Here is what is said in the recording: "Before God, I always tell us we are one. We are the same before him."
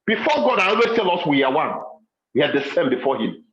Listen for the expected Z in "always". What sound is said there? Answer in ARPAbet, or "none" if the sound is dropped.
S